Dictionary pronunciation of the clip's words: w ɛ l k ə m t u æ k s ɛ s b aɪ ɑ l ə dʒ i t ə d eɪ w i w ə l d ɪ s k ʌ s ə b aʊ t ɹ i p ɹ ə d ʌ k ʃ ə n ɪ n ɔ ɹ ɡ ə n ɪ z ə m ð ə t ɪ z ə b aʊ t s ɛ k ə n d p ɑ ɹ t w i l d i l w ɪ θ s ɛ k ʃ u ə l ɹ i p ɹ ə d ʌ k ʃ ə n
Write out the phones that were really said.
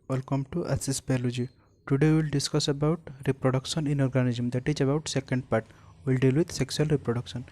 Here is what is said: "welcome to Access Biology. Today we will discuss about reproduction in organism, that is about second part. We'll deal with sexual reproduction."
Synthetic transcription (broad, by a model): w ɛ l k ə m t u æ s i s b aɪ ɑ l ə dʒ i t ə d eɪ w i l d ɪ s k ʌ s ə b aʊ t ɹ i p ɹ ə d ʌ k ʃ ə n ɪ n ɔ ɹ ɡ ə n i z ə m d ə t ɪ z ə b aʊ t s ɛ k ə n d p ɑ ɹ t w i l d i l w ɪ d s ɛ k s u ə l ɹ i p ɹ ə d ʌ k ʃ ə n